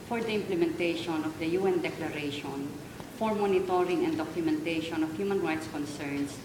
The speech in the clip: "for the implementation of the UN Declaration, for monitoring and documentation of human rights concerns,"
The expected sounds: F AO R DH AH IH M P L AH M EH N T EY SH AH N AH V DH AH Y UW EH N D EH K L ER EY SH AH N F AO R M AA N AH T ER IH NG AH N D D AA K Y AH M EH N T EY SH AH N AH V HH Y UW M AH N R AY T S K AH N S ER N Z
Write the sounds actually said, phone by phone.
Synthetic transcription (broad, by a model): F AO R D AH IH M P L AH M EH N T EY SH AH N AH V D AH Y UW EH N D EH K L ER EY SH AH N F AO R M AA N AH T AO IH NG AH N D D AA K Y AH M EH N T EY SH AH N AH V HH Y UW M AH N R AY T S K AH N S ER N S